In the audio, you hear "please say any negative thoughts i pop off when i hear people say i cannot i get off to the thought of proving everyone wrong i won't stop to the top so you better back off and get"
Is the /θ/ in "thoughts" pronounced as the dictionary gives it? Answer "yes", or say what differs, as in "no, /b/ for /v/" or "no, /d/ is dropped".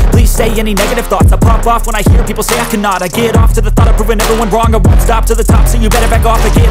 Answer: yes